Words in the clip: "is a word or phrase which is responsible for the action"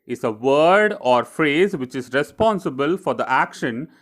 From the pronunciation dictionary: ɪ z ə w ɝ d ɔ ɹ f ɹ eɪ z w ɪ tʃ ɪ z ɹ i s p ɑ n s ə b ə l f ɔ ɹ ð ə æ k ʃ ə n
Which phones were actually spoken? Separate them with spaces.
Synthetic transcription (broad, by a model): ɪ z ə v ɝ d ɔ ɹ f ɹ eɪ z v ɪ tʃ ɪ z ɹ i s p ɑ n s ə b ə l f ɔ ɹ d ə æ k ʃ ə n